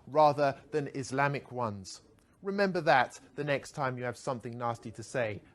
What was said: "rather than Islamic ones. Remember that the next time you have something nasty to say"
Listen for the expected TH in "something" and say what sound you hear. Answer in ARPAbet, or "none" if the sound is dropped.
TH